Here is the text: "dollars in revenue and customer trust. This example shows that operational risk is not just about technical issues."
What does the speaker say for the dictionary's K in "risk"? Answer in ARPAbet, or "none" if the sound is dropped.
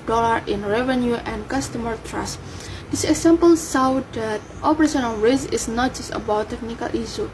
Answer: none